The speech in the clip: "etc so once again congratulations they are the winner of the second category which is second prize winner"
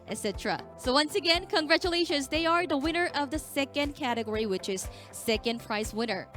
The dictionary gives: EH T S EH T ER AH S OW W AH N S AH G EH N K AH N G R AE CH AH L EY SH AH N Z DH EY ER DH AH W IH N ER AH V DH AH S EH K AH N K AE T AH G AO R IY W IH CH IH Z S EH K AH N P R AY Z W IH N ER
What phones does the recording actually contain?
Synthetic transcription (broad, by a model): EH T S EH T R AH S OW W AH N S AH G EH N K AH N G R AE CH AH L EY SH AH N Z DH EY ER DH AH W IH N ER AH V DH AH S EH K AH N K AE T AH G AO R IY W IH CH IH Z S EH K AH N P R AY S W IH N ER